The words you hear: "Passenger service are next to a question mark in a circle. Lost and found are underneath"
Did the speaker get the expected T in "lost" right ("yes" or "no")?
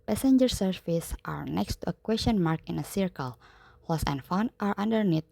no